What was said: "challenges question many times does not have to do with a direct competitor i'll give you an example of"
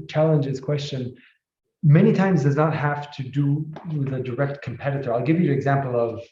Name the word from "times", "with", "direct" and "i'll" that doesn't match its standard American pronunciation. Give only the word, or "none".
none